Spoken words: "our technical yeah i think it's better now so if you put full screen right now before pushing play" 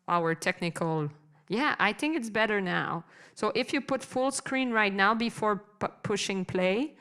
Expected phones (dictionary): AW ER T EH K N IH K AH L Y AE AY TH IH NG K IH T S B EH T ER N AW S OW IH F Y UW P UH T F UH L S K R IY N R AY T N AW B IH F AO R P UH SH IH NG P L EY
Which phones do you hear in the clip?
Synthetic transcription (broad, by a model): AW ER T EH K N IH K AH L Y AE AY TH IH NG K IH T S B EH T ER N AW S OW IH F Y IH P UH T F UH L S K R IY N R AY T N AW B IH F AO R P UH SH IH NG P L EY